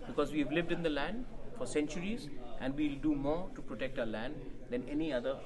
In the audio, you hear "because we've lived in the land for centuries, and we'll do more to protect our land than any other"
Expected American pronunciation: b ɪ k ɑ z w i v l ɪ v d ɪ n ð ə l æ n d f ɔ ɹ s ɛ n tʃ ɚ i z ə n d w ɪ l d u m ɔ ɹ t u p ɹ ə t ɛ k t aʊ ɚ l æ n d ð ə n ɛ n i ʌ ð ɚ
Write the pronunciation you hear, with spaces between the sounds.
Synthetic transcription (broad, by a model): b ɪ k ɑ z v i v l ɪ v d ɪ n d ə l æ n d f ɔ ɹ s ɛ n tʃ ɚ i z ə n d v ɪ l d u m ɔ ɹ t u p ɹ ə t ɛ k t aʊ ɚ l æ n d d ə n ɛ n i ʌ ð ɚ